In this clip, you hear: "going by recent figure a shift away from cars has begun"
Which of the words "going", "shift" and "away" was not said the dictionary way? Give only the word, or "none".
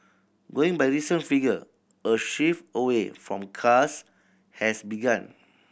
shift